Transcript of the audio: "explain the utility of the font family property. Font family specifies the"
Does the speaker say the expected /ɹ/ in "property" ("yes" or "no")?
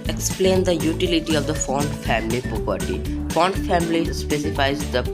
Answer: no